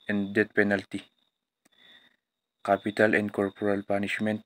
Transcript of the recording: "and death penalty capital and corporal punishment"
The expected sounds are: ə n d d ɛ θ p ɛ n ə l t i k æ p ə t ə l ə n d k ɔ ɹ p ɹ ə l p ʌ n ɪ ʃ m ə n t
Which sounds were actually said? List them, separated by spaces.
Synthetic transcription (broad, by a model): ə n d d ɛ t p ɛ n ə l t i k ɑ p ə t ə l ə n d k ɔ ɹ p ɹ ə l p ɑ n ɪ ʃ m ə n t